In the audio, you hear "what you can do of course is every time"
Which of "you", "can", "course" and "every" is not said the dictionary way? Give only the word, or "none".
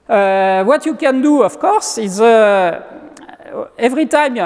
none